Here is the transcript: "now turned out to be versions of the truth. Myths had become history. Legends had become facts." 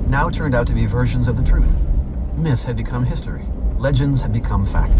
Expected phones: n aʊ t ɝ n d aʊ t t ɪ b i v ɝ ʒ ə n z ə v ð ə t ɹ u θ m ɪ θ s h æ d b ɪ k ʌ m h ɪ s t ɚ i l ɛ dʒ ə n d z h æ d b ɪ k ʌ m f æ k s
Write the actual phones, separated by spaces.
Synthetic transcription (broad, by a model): n aʊ t ɝ n d aʊ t t ɪ b i v ɝ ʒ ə n z ə v ð ə t ɹ u θ m ɪ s h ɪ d b ɪ k ʌ m h ɪ s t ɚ i l ɛ dʒ ə n d z h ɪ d b ɪ k ʌ m f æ k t